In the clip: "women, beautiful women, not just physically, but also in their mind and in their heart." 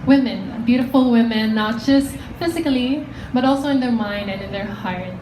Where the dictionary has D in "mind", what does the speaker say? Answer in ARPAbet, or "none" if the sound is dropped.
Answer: D